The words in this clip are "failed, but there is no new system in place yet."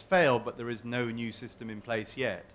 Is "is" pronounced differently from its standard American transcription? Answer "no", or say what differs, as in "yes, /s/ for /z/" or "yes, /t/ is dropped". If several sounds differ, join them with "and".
no